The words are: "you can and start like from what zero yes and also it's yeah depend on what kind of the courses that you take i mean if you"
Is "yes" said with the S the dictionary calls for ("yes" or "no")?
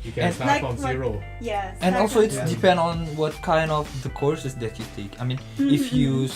no